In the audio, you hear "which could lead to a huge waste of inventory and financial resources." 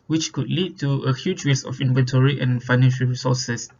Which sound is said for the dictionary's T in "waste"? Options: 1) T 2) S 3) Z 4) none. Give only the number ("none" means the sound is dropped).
4